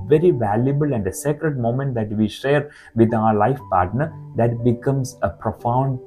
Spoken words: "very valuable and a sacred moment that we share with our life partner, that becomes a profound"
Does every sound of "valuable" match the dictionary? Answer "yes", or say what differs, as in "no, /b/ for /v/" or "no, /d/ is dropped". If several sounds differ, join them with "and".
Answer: yes